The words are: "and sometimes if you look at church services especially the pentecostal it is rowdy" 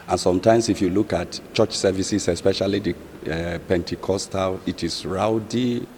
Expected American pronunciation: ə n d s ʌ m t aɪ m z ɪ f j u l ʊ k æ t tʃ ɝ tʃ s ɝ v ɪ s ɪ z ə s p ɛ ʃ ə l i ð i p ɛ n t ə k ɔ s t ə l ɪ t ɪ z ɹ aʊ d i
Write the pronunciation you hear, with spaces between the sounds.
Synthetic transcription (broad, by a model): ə n s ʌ m t aɪ m s ɪ f j u l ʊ k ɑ t tʃ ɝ tʃ s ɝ v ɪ s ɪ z ə s p ɛ ʃ ə l i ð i p ɛ n t ə k ɔ s t ə l ɪ t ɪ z ɹ aʊ d i